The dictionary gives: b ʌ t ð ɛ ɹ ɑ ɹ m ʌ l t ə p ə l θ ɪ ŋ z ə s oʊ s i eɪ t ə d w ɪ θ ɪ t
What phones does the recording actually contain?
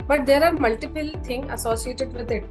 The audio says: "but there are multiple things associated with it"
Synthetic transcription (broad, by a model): b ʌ t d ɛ ɹ ɑ ɹ m ʌ l t ə p ə l t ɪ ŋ ə s oʊ s i eɪ t ə d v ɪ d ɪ t